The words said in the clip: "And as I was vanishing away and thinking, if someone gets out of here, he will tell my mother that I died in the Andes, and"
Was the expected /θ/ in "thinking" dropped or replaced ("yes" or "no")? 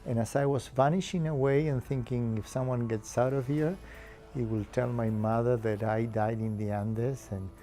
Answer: no